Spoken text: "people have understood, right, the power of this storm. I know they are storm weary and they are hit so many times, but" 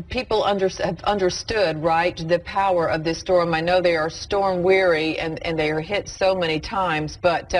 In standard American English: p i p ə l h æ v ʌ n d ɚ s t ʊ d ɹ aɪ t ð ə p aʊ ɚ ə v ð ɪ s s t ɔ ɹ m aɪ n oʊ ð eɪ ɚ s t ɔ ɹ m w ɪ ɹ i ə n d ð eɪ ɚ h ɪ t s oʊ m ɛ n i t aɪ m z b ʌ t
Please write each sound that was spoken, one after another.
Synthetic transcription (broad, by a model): p i p ə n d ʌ v ʌ n d ɚ s t ʊ d ɹ aɪ t ð ə p aʊ ɚ ə v ð ɪ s s t ɔ ɹ m aɪ n oʊ ð eɪ ɚ s t ɔ ɹ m w ɪ ɹ i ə n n ð eɪ ɚ h ɪ t s oʊ m ɛ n i t aɪ m z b ʌ t